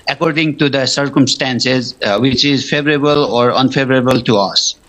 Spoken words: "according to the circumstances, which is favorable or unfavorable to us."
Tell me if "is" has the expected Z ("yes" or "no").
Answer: yes